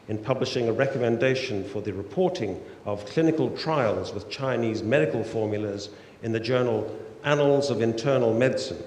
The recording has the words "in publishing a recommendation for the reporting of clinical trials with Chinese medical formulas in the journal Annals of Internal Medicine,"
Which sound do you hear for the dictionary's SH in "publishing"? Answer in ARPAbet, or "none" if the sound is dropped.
SH